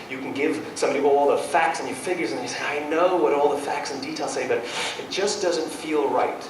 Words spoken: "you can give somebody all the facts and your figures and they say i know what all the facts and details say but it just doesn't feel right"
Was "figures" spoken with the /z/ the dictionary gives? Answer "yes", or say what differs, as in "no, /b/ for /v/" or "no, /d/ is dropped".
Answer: yes